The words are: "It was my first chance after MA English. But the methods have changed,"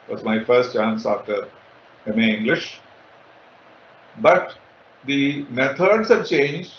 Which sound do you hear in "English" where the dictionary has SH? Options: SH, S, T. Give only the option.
SH